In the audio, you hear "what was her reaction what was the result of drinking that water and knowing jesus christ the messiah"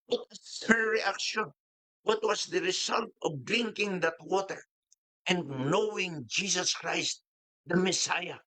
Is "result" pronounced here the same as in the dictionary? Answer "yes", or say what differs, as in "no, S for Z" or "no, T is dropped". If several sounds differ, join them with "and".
no, S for Z